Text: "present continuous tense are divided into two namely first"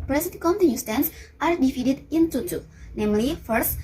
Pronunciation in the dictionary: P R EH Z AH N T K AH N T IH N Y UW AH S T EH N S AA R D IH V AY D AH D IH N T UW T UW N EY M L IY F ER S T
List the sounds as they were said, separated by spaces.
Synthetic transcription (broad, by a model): P R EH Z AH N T K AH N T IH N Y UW S T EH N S AA R D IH F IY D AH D IH N T UW T UW N EY M L IY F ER S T